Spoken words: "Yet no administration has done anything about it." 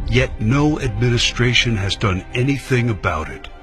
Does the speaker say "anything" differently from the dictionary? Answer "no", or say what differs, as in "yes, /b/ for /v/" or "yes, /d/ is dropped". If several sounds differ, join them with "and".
no